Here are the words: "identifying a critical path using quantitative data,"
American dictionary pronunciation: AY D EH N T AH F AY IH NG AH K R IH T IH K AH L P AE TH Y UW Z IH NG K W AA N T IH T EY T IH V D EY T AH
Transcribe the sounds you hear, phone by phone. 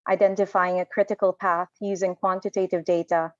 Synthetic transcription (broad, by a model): AY D EH N T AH F AY IH NG AH K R IH T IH K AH L P AE TH Y UW Z IH NG K W AA N T IH T EY T IH V D EY T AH